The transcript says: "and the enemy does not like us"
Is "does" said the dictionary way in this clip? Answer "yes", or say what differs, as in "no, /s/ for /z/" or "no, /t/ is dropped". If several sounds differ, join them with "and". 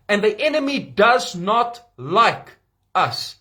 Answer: yes